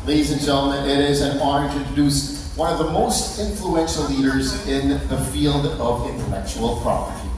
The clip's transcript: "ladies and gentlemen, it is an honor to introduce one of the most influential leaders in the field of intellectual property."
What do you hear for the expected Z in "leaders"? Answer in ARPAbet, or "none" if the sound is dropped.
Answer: Z